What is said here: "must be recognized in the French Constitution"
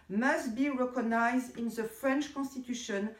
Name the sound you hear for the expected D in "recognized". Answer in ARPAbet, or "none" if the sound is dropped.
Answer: D